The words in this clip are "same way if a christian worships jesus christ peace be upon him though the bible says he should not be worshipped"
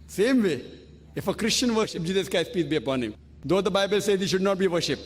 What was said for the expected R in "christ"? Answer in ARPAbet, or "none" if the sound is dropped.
none